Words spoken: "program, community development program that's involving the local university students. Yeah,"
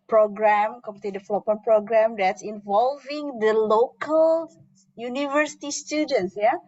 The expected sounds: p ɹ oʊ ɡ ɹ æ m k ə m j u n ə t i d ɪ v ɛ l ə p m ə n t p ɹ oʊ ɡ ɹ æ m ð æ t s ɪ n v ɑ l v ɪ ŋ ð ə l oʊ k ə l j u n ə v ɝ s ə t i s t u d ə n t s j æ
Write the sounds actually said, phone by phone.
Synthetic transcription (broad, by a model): p ɹ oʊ ɡ ɹ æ m k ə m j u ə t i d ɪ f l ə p ə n p ɹ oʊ ɡ ɹ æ m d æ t s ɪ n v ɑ l v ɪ ŋ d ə l oʊ k ə l j u n ə v ɝ s ə t i s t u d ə n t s j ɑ